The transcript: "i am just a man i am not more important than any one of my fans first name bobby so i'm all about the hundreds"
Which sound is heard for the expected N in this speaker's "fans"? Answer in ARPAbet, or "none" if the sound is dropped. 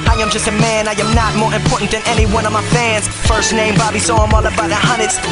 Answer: N